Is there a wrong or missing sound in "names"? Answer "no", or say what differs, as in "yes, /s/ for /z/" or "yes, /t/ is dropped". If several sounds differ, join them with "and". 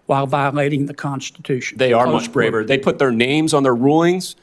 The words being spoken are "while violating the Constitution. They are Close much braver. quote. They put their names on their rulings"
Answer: no